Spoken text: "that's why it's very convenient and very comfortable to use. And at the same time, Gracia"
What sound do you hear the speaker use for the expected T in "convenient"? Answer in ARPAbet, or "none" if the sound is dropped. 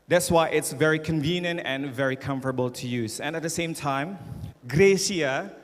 T